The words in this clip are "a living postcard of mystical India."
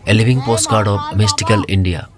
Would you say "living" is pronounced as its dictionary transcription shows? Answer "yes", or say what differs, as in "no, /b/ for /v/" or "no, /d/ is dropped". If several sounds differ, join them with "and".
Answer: no, /b/ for /v/